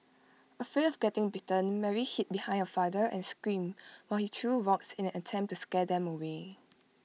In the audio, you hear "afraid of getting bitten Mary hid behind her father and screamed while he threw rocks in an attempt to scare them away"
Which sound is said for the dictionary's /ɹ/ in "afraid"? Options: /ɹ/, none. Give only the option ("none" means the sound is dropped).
none